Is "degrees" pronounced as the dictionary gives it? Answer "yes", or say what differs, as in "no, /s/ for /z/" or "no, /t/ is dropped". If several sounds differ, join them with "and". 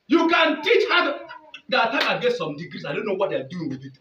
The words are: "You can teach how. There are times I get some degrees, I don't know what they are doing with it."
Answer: no, /s/ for /z/